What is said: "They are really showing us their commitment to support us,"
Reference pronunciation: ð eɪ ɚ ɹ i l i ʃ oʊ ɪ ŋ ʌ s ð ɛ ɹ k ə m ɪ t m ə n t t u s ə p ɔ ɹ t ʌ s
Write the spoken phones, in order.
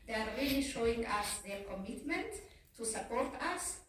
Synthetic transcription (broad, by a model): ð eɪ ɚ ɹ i i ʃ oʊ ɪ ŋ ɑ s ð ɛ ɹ k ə m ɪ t m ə n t t u s ə p ɔ ɹ t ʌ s